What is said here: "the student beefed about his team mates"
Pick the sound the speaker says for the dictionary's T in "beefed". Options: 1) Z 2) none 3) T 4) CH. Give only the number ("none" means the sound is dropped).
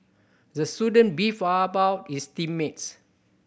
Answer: 2